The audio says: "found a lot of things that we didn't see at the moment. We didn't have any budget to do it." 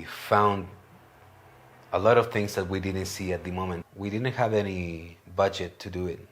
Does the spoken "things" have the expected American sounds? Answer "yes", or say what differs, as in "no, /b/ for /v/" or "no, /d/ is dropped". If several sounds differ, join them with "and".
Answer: yes